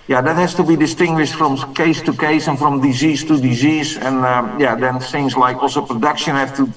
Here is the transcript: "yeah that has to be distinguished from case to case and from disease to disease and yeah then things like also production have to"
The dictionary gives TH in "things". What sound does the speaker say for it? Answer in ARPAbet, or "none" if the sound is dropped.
S